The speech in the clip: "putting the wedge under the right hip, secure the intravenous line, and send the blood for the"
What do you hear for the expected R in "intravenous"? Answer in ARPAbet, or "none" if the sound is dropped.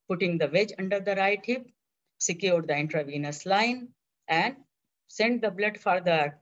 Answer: R